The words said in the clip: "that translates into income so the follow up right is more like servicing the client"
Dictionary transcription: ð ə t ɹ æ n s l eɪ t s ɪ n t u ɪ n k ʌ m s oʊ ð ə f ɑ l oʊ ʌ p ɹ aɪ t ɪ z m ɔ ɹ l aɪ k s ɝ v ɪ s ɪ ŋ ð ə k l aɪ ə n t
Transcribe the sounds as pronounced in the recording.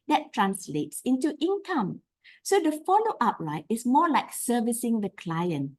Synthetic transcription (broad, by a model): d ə t ɹ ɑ n s l eɪ t s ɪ n t u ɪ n k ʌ m s oʊ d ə f ɑ l oʊ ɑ p ɹ aɪ t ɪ s m ɔ l aɪ k s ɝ v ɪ s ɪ ŋ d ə k l aɪ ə n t